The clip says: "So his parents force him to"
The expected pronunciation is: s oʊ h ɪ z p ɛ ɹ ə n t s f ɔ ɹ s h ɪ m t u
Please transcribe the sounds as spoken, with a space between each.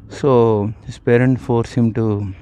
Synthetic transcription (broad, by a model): s oʊ h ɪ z p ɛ ɹ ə n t f ɔ ɹ s h ɪ m t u